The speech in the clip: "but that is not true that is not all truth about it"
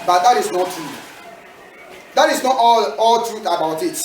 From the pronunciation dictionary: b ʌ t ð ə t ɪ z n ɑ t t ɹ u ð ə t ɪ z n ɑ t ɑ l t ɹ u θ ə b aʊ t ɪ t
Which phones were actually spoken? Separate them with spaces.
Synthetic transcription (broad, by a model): b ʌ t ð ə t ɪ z n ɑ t t ɹ u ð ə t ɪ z n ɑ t ɑ l t ɹ u θ ə b aʊ t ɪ t